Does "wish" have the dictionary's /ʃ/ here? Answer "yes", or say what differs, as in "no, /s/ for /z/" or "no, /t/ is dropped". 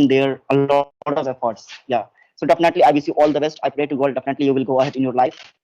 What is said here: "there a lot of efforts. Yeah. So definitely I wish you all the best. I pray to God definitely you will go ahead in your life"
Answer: no, /s/ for /ʃ/